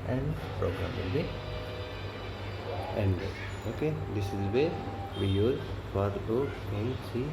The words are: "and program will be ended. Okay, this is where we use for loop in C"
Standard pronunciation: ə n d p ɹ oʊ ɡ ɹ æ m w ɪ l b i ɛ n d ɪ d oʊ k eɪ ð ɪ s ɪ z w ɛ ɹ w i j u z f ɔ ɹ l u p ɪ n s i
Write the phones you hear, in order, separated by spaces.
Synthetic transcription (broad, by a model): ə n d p ɹ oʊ ɡ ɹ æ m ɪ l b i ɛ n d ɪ oʊ k eɪ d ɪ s ɪ z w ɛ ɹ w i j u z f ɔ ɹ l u ɪ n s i